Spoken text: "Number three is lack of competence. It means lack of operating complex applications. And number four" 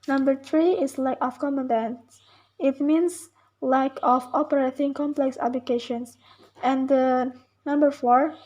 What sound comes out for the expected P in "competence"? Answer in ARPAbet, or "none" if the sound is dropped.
none